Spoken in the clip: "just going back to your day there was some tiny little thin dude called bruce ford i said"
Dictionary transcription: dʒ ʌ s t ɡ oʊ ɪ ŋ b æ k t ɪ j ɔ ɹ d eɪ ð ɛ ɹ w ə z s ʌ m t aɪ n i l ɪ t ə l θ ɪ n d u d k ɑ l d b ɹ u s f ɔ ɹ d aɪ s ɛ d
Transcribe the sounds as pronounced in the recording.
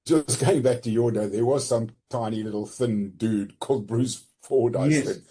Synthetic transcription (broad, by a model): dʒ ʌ s ɡ oʊ ɪ ŋ b æ k t ɪ j ɔ ɹ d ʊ ð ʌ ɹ w ə z s ʌ m t aɪ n i l ɪ t l θ ɪ n d u d k ɑ l d b ɹ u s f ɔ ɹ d aɪ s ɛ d